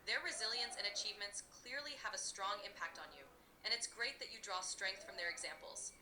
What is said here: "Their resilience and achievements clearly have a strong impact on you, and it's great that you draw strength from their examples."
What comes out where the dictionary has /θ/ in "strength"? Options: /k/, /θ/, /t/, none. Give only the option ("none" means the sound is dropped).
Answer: /θ/